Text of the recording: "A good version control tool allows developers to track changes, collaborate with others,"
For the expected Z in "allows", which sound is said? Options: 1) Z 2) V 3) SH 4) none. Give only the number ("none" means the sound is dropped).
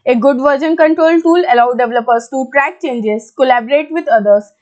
4